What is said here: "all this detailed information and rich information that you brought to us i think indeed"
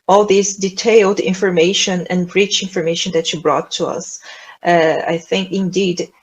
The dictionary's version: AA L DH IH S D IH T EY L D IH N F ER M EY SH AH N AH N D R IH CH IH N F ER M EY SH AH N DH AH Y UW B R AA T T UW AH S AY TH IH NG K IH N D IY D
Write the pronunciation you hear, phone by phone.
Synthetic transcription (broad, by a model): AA L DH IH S D IH T EY L D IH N F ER M EY SH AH N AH N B R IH CH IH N F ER M EY SH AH N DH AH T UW B R AA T T UW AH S AY TH IH NG K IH N D IY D